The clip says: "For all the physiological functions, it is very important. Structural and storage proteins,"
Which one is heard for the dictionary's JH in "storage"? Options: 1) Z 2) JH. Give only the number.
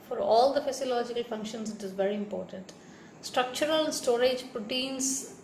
2